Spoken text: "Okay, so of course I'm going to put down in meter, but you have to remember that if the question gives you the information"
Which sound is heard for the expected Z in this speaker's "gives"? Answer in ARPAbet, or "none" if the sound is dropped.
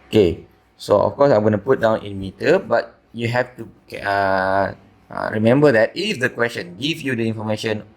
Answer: none